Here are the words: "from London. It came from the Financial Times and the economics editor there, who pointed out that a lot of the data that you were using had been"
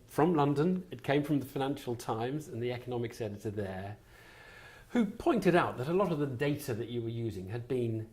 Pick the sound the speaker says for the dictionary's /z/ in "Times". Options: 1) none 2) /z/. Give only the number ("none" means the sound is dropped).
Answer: 2